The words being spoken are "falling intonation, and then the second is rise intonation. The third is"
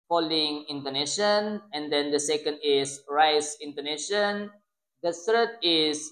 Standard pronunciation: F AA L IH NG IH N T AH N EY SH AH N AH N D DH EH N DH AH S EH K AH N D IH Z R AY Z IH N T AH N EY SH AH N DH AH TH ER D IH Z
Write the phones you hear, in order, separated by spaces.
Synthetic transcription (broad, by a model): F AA L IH NG IH N T AH N EY SH AH N AH N D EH N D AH S EH K AH N D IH S R AY S IH N T AH N EY SH AH N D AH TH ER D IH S